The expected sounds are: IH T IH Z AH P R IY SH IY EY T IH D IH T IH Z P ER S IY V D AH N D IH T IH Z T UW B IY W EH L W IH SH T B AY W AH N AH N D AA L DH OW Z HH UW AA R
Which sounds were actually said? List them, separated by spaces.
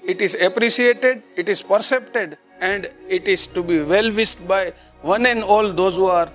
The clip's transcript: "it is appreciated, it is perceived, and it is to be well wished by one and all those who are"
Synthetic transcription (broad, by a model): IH T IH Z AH P R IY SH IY EY T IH D IH T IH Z P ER S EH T D AH N D IH T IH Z T UW B IY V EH L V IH S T B AY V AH N AH N D AA L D OW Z HH UW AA R